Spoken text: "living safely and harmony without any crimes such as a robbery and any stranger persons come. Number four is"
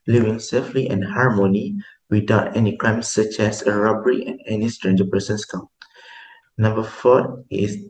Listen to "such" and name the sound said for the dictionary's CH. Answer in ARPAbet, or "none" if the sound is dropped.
CH